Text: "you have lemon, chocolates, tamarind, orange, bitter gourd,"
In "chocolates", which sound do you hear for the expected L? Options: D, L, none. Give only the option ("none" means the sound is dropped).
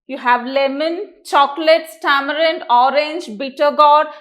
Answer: L